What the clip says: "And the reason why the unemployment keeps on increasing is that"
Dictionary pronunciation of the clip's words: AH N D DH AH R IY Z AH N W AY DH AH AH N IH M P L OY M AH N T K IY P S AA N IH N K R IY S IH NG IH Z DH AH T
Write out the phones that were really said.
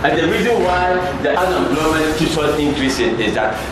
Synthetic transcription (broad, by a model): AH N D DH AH R IY Z AH N W AY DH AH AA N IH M B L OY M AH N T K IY S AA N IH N K R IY S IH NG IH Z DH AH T